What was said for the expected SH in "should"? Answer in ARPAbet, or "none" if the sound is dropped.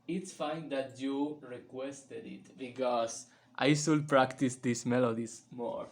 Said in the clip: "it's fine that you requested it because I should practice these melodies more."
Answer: S